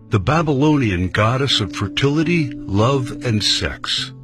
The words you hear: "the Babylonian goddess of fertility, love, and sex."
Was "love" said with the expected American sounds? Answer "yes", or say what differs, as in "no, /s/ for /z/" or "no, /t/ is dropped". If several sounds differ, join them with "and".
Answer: yes